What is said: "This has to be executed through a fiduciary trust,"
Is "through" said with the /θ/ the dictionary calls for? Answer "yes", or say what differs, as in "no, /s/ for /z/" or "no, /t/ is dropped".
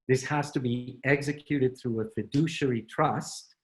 yes